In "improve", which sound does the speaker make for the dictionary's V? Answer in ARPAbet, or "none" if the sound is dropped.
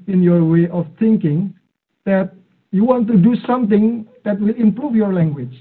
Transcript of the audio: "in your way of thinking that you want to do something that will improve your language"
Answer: F